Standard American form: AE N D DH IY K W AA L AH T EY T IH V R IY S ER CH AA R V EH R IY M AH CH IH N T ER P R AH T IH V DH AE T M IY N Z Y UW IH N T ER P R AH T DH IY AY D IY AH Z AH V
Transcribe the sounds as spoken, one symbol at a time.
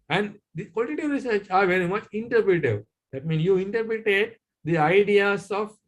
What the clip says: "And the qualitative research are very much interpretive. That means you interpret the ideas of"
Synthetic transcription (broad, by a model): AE N D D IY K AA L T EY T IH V R IY S ER CH AA R V EH R IY M AH CH IH N T ER P R AH T IH V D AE T M IY N S Y UW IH N T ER P R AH T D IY AY D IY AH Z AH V